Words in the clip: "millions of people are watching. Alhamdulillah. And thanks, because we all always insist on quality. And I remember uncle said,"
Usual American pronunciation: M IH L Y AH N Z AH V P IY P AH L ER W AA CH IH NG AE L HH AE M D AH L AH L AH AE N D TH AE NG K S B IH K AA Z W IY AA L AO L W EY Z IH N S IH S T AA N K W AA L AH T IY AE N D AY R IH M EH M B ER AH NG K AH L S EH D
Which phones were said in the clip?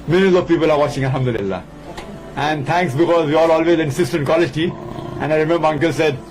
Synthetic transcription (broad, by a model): M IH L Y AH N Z AH V P IY P AH L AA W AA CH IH NG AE L HH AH M D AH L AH L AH AE N D T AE NG K S B IH K AA Z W IY AA L AO L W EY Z IH N S IH S T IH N K W AA L AH T IY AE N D AY R IH M EH M B ER AH NG K AH L S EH D